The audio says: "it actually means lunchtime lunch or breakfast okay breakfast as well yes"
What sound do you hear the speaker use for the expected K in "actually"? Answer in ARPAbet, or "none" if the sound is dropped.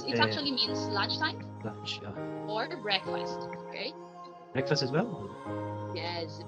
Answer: none